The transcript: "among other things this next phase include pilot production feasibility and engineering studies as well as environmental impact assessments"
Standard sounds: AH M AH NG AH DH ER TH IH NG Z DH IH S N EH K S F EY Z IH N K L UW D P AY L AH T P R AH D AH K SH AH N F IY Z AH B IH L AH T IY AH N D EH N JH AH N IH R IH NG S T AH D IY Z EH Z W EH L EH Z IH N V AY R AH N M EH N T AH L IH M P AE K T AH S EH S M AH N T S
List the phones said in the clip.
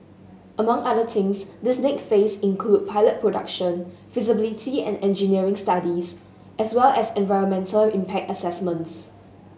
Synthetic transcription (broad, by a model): AH M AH NG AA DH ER T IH NG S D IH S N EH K F EY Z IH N K L UW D P AY L AH T P R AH D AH K SH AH N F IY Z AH B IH L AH T IY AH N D EH N JH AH N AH R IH NG S T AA D IY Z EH S W EH L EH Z IH N V AY R AH N M EH N T AH L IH M P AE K T AH S EH S M AH N T S